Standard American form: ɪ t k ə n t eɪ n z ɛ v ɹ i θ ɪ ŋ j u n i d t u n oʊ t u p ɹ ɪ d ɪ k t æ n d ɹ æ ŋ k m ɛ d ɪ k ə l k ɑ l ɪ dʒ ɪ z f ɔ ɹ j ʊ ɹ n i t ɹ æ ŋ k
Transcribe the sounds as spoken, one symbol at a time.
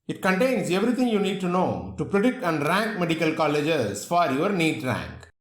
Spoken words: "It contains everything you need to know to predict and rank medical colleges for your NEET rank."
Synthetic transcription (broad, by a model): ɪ t k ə n t eɪ n s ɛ v ɹ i t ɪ ŋ j u n i d t u n oʊ t u p ɹ ɪ d ɪ k t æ n d ɹ æ ŋ k m ɛ d ɪ k ə l k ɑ l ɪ dʒ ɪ s f ɔ ɹ j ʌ ɹ n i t ɹ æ ŋ k